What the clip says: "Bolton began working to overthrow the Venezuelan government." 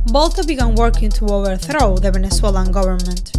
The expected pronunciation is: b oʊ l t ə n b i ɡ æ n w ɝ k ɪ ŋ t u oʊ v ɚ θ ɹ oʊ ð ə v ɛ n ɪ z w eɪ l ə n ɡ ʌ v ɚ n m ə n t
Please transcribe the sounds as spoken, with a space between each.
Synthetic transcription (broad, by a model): b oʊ l t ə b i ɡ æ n w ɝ k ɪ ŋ t u oʊ v ɚ θ ɹ oʊ ð ə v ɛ n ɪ s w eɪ l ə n ɡ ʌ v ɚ n m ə n t